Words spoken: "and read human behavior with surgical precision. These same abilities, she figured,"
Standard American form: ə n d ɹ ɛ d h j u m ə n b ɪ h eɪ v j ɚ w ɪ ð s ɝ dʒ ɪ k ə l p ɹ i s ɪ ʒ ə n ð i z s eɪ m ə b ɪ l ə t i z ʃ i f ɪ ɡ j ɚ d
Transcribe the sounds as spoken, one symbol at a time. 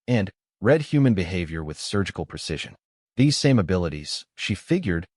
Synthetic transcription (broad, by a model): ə n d ɹ ɛ d h j u m ə n b ɪ h eɪ v j ɚ w ɪ ð s ɝ dʒ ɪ k l p ɹ i s ɪ ʒ ə n ð i z s eɪ m ə b ɪ l ə t i z ʃ i f ɪ ɡ j ɚ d